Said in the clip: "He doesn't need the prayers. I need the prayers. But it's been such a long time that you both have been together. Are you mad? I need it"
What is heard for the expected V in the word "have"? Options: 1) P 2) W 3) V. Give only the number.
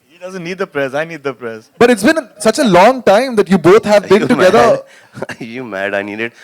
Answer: 3